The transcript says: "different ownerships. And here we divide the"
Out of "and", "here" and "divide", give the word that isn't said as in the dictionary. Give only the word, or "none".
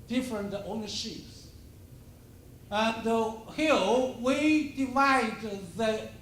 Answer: here